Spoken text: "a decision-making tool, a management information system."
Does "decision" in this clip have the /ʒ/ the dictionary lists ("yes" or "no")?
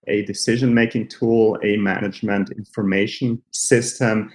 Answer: yes